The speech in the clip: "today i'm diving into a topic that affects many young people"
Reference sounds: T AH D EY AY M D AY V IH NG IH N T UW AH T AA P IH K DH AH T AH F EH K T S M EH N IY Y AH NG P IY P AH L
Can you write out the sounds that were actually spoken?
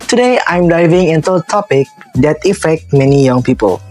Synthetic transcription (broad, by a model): T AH D EY AY M D AY V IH NG IH N T UW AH T AA P IH K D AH T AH F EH K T M EH N IY Y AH NG P IY P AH L